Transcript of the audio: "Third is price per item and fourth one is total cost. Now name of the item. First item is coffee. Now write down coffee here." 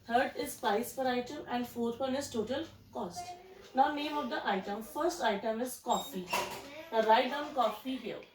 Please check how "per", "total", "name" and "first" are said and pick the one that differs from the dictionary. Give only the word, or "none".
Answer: per